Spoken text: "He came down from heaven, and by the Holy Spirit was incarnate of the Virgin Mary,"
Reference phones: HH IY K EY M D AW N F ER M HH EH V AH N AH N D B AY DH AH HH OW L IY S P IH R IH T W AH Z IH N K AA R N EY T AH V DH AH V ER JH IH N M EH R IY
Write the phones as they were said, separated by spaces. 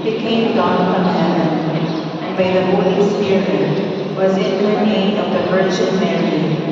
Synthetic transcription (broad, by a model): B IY K EY M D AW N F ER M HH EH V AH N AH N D B AY DH AH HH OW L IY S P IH R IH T W AH Z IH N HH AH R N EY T AH V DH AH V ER CH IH L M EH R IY